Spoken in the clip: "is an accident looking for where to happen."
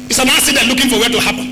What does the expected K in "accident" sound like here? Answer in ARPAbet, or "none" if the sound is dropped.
none